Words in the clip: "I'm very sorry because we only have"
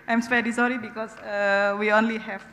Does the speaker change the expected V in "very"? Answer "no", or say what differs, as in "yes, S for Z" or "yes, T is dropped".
yes, P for V